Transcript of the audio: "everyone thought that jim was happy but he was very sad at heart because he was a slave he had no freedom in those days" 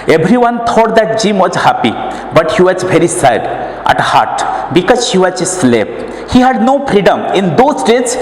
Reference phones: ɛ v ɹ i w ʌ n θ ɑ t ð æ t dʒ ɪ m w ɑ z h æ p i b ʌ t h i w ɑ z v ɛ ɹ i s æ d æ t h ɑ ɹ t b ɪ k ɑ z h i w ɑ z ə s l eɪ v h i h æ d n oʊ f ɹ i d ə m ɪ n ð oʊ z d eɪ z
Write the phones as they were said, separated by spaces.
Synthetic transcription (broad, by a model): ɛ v ɹ i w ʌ n t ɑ t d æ t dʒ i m w ɑ z h æ p i b ʌ t h i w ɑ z v ɛ ɹ i s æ d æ t h ɑ ɹ t b ɪ k ɑ z h i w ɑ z s l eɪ p h i h æ d n oʊ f ɹ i d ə m ɪ n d oʊ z d eɪ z